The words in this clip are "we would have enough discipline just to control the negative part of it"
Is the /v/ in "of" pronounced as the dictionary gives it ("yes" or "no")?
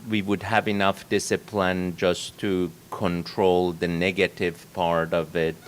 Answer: yes